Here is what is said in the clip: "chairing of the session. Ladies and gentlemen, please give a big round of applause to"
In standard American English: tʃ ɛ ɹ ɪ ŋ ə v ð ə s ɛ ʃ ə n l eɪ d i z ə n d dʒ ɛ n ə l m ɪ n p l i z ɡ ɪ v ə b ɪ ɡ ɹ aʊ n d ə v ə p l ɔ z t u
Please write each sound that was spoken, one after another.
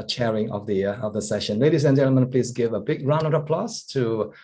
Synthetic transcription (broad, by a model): tʃ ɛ ɹ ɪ ŋ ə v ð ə s ɛ ʃ ə n l eɪ d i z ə n dʒ ɛ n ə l m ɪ n p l i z ɡ ɪ v ə b ɪ ɡ ɹ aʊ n ə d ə p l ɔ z t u